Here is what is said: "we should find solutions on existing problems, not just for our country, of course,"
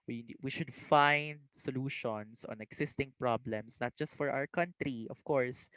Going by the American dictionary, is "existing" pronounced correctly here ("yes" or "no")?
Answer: no